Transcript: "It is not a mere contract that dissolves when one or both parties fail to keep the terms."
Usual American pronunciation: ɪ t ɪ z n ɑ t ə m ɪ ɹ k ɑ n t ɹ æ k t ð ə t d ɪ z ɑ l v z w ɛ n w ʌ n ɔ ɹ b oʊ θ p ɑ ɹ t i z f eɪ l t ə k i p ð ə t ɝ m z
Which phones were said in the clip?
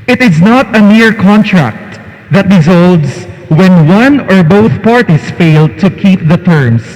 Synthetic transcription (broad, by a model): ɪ t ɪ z n ɑ t ə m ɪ ɹ k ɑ n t ɹ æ k t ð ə t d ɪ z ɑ l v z w ɛ n w ʌ n ɔ ɹ b oʊ θ p ɑ ɹ t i s f eɪ l t ə k i p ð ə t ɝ m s